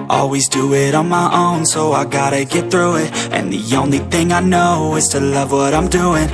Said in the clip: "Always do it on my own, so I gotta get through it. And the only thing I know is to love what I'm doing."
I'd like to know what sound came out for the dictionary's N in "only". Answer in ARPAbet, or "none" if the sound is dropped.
N